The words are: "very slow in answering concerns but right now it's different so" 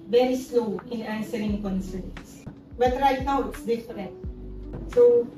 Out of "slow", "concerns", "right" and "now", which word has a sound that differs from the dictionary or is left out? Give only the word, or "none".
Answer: concerns